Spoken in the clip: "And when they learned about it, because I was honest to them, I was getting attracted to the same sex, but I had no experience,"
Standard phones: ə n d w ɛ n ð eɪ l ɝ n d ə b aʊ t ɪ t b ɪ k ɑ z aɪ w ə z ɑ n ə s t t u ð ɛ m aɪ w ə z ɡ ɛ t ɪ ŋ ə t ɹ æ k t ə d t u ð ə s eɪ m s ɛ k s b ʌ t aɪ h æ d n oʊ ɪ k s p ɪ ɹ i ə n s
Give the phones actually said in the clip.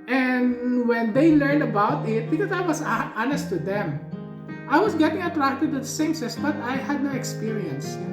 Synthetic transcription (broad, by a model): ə n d w ɛ n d eɪ l ɝ n d ə b aʊ t ɪ t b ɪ k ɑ s aɪ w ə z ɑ n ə s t t u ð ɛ m aɪ w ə s ɡ ɛ t ɪ ŋ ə t ɹ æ k t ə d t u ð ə s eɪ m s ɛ s b ʌ t aɪ h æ d n oʊ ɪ k s p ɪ ɹ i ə n s